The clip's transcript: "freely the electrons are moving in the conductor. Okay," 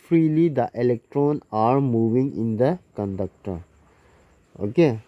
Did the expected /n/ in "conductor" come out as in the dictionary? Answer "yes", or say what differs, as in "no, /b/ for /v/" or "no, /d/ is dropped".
yes